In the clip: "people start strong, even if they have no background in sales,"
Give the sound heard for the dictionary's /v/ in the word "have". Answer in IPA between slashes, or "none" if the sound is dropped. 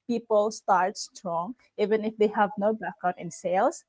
/v/